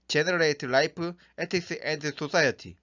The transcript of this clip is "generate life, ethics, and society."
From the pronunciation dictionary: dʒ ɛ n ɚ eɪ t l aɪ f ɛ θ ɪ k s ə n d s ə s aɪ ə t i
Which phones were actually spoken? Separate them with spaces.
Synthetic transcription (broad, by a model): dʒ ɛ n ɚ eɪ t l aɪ p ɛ t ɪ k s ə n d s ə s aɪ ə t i